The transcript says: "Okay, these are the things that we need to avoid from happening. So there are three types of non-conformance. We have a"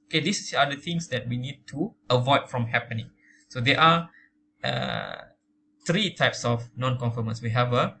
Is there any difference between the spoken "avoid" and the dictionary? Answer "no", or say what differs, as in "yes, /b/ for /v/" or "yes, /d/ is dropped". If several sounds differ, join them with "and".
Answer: no